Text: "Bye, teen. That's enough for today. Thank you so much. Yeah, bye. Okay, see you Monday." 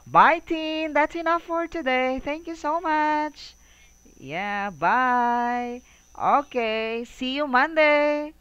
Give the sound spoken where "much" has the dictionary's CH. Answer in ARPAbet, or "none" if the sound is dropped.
CH